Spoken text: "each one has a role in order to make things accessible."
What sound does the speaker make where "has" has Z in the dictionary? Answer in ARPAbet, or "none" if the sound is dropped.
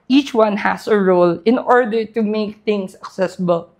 S